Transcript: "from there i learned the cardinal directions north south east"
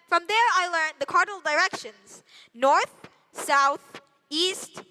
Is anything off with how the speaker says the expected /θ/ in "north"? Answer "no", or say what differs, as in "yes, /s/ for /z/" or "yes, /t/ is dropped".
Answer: no